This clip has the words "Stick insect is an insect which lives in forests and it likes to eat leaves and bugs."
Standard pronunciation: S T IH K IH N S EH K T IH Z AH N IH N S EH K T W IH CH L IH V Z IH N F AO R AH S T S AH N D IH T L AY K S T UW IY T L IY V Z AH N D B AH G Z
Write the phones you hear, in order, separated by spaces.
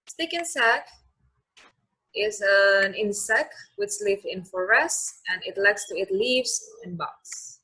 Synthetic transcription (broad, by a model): S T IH K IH N S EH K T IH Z AH N IH N S EH K T W IH CH L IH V IH N F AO R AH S S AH N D IH T L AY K S T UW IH T L IY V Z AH N B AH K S